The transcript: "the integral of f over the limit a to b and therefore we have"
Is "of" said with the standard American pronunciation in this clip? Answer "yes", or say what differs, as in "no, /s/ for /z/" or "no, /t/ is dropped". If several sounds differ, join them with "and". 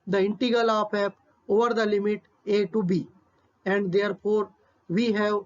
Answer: no, /p/ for /v/